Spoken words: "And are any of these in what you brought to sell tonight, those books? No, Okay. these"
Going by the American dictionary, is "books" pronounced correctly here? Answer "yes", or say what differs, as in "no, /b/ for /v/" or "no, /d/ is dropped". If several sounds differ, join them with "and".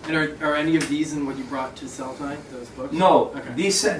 no, /s/ is dropped